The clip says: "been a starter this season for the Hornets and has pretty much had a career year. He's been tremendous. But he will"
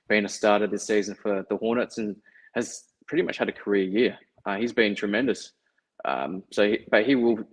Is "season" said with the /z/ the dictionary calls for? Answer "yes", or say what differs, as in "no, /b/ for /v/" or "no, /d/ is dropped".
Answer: yes